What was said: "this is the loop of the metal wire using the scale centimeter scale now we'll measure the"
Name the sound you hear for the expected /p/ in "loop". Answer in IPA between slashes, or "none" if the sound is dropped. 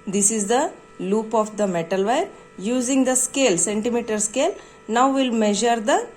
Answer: /p/